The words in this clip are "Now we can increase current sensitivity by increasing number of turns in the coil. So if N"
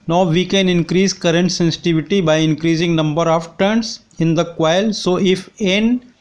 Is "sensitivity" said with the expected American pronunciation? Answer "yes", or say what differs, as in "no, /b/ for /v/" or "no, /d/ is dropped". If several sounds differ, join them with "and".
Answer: yes